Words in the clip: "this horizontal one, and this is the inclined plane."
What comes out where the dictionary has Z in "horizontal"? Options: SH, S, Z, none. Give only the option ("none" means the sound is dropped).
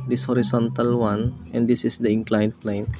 S